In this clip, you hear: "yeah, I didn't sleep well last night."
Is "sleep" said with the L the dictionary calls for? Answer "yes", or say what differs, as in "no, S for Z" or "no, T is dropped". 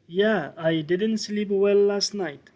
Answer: yes